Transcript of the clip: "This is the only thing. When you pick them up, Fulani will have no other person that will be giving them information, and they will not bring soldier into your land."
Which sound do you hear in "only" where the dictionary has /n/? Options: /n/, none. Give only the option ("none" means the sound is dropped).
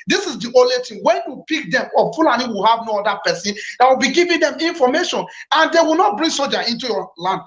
none